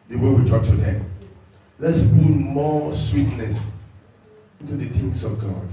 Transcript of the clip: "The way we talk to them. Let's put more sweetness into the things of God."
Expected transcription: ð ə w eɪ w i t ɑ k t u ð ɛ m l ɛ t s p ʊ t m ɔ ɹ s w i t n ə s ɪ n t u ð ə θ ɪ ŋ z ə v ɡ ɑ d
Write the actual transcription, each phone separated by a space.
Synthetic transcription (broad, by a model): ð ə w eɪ w i t ɑ k t u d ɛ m l ɛ t s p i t m ɔ s w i t l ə s ɪ n t u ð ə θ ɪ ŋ s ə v ɡ ɑ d